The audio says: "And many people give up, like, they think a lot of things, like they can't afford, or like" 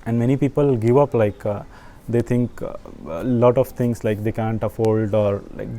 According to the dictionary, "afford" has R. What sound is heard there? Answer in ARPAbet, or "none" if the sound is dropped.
L